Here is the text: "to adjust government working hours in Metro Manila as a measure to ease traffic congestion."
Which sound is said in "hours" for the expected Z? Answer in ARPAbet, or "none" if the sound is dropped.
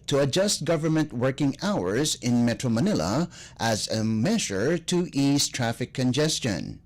Z